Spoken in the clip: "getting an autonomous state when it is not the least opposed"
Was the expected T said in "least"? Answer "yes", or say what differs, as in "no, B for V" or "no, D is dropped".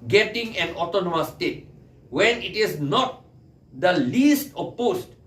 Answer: yes